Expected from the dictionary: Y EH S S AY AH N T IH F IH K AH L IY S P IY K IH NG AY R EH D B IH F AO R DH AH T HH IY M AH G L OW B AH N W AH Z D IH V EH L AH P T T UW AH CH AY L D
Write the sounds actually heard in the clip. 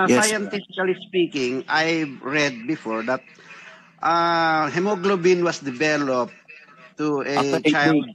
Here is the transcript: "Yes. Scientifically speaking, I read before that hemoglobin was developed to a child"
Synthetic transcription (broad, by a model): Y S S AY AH N T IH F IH K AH L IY S P IY K IH NG AY R EH D B IH F AO R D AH T HH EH M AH G L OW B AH N W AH S D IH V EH L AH P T T UW AH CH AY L